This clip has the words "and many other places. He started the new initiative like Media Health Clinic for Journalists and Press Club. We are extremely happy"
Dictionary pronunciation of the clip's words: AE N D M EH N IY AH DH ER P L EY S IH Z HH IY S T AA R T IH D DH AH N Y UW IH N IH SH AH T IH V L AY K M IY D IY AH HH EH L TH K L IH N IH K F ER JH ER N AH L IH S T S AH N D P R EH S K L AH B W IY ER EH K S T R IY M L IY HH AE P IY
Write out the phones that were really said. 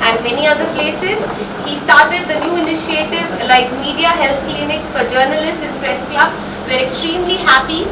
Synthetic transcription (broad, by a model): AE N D M EH N IY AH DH ER P L EY S IH Z HH IY S T AA R T IH D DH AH N Y UW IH N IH SH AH T IH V L AY K M IY D IY AH HH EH L T K L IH N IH K F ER JH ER N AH L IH S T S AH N P R EH S K L AH B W ER EH K S T R IY M L IY HH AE P IY